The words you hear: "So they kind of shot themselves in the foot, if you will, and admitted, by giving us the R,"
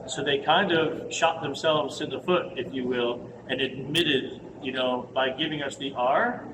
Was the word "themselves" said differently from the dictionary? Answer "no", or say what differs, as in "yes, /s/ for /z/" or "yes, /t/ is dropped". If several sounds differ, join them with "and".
no